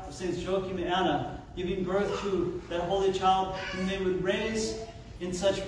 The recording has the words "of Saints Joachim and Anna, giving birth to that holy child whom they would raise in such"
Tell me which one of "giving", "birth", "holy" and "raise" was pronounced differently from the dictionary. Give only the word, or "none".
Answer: none